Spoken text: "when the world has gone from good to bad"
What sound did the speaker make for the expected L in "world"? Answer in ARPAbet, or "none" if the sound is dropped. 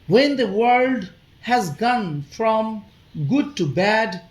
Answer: L